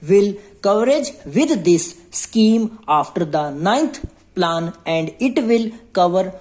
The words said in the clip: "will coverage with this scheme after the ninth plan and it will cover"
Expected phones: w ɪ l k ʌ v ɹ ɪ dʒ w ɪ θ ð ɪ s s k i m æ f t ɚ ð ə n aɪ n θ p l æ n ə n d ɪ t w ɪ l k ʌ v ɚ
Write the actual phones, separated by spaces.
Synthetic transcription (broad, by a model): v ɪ l k ʌ v ɹ ɪ dʒ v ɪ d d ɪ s s k i m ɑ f t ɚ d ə n aɪ n t p l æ n ə n d ɪ t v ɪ l k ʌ v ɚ